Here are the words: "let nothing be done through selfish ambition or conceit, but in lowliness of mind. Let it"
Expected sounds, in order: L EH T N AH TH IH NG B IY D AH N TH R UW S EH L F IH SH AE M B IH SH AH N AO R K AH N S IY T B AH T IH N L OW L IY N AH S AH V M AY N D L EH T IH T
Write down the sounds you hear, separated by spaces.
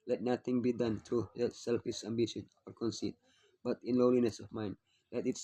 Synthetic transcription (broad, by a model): L EH T N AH T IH NG B IY D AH N T R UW S EH L F IH SH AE M B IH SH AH N AO R K AH N S IY T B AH T IH N L OW L IY N AH S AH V M AY N D L EH T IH T